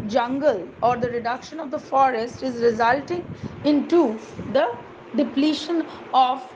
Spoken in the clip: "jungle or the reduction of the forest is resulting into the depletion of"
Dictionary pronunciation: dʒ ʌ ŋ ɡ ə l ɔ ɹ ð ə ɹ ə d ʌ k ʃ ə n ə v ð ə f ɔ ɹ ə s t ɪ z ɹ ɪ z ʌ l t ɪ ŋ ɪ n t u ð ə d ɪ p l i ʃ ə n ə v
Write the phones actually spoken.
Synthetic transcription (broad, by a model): dʒ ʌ ŋ ɡ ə l ɔ ɹ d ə ɹ ə d ʌ k ʃ ə n ə v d ə f ɔ ɹ ə s t ɪ z ɹ ɪ z ʌ l t ɪ ŋ ɪ n t u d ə d ɪ p l i ʃ ə n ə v